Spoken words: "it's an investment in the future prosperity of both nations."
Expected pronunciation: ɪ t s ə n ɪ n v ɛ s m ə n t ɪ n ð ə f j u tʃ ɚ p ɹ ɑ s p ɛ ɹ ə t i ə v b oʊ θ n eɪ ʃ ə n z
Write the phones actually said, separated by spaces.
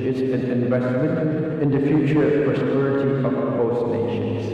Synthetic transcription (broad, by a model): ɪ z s ə n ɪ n v ɛ s m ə n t ɪ n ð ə f j u tʃ ɚ p ɹ ɑ s p ɛ ɹ ə t i ə v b oʊ t n eɪ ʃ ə n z